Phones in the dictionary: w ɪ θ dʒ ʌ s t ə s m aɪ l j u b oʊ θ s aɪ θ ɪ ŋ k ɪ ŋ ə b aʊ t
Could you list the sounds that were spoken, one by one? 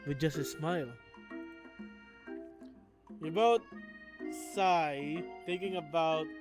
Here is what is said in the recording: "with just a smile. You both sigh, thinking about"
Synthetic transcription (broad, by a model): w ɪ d dʒ ʌ s t ə s m aɪ l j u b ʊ t s aɪ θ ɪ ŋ k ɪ ŋ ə b aʊ t